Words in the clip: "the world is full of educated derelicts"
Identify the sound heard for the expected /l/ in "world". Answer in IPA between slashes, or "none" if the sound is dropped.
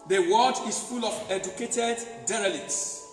none